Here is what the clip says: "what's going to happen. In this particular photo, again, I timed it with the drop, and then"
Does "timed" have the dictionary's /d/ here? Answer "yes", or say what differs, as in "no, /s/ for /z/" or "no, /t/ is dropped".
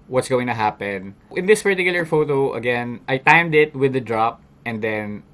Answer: yes